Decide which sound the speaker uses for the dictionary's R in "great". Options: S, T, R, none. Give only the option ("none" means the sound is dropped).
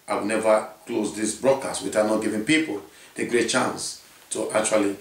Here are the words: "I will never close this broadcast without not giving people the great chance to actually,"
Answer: R